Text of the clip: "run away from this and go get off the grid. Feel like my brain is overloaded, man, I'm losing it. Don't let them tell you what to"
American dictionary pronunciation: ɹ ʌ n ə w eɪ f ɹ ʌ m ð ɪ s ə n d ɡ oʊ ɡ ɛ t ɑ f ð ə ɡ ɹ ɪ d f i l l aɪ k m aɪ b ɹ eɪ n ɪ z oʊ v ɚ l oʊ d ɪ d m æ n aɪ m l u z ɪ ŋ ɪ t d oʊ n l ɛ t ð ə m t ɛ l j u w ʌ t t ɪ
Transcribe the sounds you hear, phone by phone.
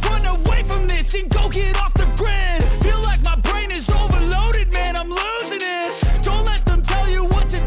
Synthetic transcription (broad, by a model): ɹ ʌ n ə w eɪ f ɹ ʌ m ð ɪ s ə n ɡ oʊ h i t ɑ f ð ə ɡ ɹ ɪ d f i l l aɪ k m aɪ b ɹ eɪ n ɪ z oʊ v ɚ l oʊ d ɪ d m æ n aɪ m l u z ɪ ŋ ɪ t d oʊ n l ɛ t ð ə m t ɛ l j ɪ w ʌ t t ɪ